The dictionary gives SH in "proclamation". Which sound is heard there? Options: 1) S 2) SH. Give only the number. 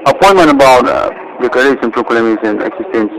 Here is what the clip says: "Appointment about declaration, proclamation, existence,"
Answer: 1